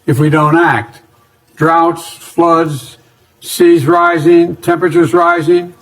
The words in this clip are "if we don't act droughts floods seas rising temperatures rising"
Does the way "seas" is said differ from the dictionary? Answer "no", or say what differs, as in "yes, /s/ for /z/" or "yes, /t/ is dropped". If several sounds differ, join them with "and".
no